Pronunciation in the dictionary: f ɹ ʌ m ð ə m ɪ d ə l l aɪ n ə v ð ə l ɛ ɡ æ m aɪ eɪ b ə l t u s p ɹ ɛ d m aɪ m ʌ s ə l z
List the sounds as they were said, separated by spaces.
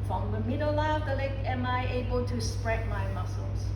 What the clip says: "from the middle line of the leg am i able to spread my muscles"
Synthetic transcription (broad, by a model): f ɹ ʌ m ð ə m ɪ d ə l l aɪ ə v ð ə l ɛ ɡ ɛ m aɪ eɪ b ə l t u s p ɹ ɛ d m aɪ m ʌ s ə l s